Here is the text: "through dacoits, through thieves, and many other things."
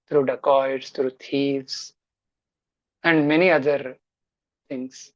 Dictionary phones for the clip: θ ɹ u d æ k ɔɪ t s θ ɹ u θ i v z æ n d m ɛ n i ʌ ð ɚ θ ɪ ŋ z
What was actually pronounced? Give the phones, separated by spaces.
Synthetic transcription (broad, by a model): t ɹ u d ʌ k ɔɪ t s t ɹ u t i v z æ n d m ɛ n i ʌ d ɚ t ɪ ŋ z